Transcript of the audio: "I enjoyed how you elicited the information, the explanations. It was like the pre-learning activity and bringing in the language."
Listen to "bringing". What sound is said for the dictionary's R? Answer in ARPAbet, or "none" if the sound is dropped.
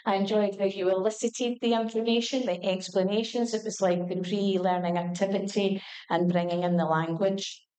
R